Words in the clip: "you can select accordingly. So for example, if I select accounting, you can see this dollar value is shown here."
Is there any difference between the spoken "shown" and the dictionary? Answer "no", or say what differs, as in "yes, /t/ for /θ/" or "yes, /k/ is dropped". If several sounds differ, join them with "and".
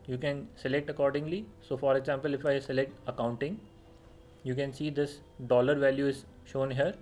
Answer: no